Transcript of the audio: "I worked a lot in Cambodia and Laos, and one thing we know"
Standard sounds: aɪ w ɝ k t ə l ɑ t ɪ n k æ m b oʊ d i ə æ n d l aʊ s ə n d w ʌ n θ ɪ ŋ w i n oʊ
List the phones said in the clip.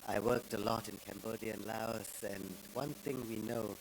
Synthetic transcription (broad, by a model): aɪ w ɝ k t ə l ɑ t ɪ n k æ m b oʊ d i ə n l aʊ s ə n w ʌ n θ ɪ ŋ w i n oʊ